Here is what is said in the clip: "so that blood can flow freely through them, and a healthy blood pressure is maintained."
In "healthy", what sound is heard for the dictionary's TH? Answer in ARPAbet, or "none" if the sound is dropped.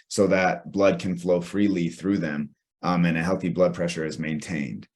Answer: TH